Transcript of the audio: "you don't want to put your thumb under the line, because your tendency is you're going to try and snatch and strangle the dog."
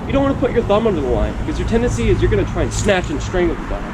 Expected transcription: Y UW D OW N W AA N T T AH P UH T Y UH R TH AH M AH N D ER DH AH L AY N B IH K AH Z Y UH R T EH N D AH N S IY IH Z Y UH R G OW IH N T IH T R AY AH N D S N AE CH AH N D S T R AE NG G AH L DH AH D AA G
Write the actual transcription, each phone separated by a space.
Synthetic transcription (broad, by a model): Y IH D OW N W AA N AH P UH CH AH R TH AH M AH N D ER DH AH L AY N B IH K AH Z Y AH R T EH N D AH N S IY IH Z Y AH R G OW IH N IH T R AY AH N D S N AE CH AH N S T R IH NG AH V DH AH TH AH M